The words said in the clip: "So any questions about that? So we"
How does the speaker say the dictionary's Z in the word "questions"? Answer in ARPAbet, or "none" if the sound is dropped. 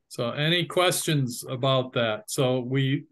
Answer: Z